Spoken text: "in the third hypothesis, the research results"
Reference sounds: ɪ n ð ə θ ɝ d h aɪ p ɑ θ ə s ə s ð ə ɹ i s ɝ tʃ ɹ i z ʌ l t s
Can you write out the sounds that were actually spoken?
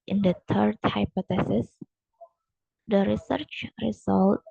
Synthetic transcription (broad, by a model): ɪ n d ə t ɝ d h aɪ p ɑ t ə s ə s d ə ɹ i s ɝ tʃ ɹ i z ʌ l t